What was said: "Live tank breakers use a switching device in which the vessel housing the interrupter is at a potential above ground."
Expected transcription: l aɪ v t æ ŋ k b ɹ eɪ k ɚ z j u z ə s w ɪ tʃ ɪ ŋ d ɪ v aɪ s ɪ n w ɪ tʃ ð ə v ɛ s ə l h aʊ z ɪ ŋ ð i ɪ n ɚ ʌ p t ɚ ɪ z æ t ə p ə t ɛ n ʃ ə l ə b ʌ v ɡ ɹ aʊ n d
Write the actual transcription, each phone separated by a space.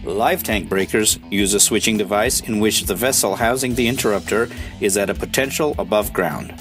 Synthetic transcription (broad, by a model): l aɪ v t æ ŋ k b ɹ eɪ k ɚ z j u z ə s w ɪ tʃ ɪ ŋ d ɪ v aɪ s ɪ n w ɪ tʃ ð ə v ɛ s l h aʊ z ɪ ŋ ð i ɪ n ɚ ʌ p t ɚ ɪ z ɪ t ə p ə t ɛ n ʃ l ə b ʌ v ɡ ɹ aʊ n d